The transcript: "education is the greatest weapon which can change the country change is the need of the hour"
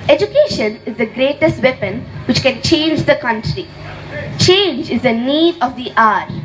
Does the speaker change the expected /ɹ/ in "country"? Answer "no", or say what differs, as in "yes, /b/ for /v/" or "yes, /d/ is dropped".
no